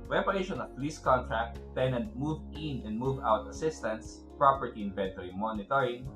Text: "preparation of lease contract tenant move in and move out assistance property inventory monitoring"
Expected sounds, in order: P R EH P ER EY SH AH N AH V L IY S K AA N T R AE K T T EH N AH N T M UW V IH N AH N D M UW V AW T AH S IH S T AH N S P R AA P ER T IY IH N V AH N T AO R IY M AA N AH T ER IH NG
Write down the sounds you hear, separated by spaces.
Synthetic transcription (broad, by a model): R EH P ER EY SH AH N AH P L IY S K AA N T R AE K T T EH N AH N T M UW V IH N AH N D M UW V AW T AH S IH S T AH N S P R AA P ER T IY IH N V AH N T AO R IY M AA N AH T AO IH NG